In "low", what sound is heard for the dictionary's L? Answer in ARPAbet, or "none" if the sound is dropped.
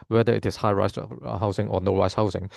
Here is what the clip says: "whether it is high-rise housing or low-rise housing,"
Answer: N